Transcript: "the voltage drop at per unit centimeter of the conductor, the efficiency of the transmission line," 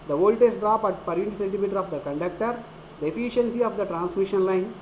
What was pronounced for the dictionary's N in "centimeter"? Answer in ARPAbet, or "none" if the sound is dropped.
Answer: L